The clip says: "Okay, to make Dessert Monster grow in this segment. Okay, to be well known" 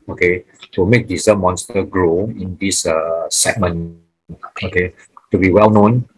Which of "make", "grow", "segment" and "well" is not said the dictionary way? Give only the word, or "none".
segment